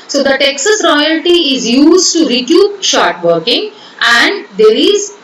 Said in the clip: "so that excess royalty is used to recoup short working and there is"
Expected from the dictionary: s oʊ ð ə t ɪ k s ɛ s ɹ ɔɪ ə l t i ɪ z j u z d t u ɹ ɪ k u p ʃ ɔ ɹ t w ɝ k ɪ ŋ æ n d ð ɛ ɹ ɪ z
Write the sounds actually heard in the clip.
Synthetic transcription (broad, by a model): s oʊ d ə t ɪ k s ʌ s ɹ ɔɪ ə l t i ɪ z j u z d t u ɹ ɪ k u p ʃ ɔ ɹ t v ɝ k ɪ ŋ æ n d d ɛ ɹ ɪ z